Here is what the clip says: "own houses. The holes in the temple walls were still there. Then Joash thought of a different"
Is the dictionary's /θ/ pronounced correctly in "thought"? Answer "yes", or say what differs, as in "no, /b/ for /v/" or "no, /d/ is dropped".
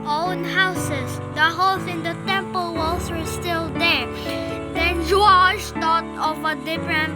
no, /t/ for /θ/